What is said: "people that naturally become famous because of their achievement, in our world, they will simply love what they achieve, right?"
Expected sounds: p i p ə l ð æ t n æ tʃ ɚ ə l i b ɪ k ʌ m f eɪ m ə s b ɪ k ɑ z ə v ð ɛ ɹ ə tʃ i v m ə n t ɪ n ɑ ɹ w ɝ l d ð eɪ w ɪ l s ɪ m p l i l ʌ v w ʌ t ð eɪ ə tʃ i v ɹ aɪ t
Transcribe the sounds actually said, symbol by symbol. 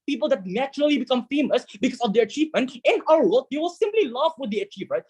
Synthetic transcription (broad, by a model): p i p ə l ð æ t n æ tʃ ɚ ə l i b ɪ k ʌ m f eɪ m ə s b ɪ k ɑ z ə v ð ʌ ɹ ə tʃ i v m ə n t ɪ n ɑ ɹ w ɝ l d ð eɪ w ɪ l s ɪ m p l i l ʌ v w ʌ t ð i ə tʃ i v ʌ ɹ